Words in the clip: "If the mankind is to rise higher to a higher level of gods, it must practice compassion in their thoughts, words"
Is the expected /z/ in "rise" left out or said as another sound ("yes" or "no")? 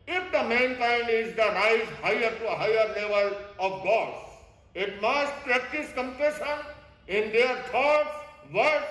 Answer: yes